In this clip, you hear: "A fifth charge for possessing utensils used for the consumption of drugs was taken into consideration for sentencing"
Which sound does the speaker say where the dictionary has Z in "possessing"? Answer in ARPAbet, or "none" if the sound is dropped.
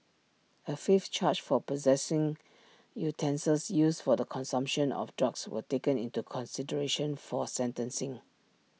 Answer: Z